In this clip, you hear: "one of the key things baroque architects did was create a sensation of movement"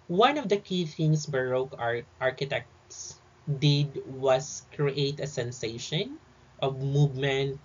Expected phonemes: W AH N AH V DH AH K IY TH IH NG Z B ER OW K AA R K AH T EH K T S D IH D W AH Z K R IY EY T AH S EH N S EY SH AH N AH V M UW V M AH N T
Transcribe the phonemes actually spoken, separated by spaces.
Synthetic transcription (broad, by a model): W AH N AH V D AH K IY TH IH NG S B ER OW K AA R K AH T EH K T S D IH D W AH S K R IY EY T AH S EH N S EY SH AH N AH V M UW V M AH N T